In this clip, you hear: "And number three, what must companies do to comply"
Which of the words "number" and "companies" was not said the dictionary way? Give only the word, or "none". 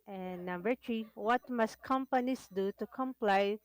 companies